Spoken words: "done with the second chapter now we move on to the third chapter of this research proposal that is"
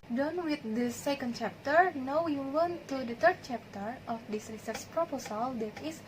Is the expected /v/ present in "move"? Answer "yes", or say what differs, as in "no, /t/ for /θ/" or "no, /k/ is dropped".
no, /w/ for /v/